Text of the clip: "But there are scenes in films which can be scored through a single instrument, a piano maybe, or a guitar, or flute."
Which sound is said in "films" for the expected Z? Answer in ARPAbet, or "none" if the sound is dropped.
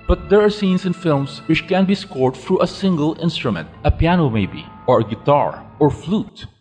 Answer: S